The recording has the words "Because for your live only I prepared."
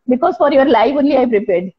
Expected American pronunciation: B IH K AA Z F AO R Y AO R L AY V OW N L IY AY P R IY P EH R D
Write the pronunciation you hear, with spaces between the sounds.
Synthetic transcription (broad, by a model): B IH K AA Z F AO R Y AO R L AY F OW N L IY AY P R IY P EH R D